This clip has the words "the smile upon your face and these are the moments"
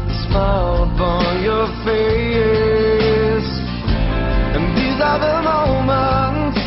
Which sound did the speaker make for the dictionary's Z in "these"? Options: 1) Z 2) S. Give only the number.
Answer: 1